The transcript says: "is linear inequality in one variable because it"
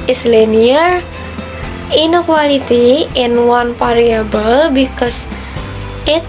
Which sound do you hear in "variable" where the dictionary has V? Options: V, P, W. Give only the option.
P